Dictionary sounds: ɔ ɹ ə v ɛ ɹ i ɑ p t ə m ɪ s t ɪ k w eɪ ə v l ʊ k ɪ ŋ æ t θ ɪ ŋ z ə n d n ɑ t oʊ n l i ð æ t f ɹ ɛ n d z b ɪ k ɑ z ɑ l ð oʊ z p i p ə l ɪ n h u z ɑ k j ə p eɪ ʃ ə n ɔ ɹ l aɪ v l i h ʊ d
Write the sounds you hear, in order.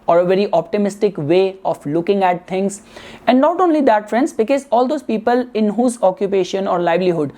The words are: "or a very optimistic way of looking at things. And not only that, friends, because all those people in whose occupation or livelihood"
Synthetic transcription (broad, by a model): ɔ ɹ ə v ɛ ɹ i ɑ p t ə m ɪ s t ɪ k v eɪ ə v l ʊ k ɪ ŋ æ t t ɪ ŋ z ə n d n ɑ t oʊ n l i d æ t f ɹ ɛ n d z b ɪ k ɑ z ɑ l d oʊ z p i p ə l ɪ n h u z ɑ k j ə p eɪ ʃ ə n ɔ ɹ l aɪ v l i h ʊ d